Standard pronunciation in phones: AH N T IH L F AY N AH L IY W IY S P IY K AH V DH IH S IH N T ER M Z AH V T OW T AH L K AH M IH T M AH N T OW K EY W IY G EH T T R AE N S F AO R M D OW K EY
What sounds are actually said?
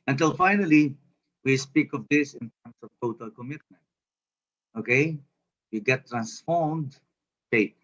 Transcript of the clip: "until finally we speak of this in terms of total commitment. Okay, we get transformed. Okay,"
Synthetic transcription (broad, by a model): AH N T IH L F AY N AH L IY W IY S P IY K AH V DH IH S IH N T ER M S AH V T OW T AH L K AH M IH T M AH N T OW K EY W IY G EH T T R AE N S F AO R M D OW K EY